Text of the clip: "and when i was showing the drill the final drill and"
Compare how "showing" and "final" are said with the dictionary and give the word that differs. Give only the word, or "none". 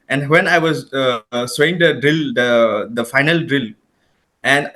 showing